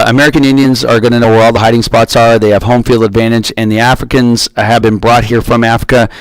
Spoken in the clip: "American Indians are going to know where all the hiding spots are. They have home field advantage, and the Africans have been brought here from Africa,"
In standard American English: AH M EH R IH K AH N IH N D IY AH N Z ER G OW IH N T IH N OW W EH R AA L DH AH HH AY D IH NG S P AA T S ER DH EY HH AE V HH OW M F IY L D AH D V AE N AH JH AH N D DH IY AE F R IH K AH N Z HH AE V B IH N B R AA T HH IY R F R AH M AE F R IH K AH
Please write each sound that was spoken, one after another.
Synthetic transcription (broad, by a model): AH M EH R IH K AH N IH N D IY AH N Z ER G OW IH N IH N OW W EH R AA L DH AH HH AY D IH NG S P AA T S ER DH EY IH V HH OW M F IY L D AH D V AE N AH JH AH N DH IY AE F R IH K AH N Z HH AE V B IH N B R AA T HH IY R F R AH M AE F R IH K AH